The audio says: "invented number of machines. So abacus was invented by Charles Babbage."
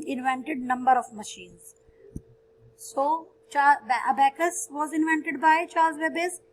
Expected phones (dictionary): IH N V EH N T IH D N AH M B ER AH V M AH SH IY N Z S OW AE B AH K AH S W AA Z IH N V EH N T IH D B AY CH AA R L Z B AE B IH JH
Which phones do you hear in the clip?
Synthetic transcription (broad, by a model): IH N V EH N T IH D N AH M B ER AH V M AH SH IY N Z S OW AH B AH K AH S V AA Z IH N V EH N T IH D B AY CH AA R Z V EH B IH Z